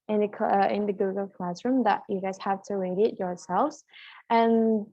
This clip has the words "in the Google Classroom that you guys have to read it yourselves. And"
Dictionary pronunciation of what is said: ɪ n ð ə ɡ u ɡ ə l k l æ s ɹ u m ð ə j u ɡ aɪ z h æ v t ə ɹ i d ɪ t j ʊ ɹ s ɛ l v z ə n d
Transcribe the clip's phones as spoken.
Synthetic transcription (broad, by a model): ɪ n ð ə ɡ u ɡ ə l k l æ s ɹ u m ð ə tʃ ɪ ɡ aɪ z h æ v t ə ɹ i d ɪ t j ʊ ɹ s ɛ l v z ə n